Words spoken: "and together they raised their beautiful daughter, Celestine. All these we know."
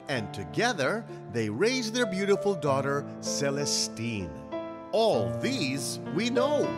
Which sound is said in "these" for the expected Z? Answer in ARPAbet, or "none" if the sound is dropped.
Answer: Z